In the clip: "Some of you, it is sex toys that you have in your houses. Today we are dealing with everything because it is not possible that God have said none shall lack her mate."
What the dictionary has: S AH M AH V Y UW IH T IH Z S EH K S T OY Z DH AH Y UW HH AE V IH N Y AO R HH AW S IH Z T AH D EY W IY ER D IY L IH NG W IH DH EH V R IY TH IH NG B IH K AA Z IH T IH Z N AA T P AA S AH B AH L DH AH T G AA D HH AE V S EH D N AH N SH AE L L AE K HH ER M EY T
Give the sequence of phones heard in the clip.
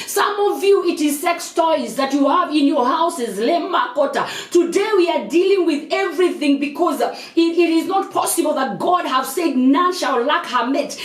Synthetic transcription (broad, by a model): S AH M AH V Y UW IH T IH Z S EH K S T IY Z DH AH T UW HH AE V IH N Y AO R HH AW S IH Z T AH D EY W IY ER D IY L IH NG W IH DH EH V R IY TH IH NG B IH K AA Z IH T IH Z N AA T P AA S AH B AH L DH AH T G AA D HH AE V S EH D N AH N SH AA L L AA K HH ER M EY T